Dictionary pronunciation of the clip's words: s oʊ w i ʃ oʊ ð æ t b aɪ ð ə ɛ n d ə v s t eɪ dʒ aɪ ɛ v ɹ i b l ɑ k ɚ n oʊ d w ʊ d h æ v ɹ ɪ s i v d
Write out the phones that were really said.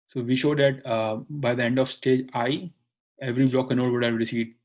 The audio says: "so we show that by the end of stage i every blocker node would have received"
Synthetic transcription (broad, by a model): s oʊ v i ʃ oʊ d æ t b aɪ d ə ɛ n d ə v s t eɪ dʒ aɪ ɛ v ɹ i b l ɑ k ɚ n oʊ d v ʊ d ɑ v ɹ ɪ s i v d